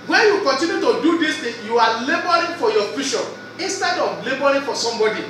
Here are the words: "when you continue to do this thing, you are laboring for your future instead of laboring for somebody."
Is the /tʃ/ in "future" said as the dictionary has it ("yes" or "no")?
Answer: no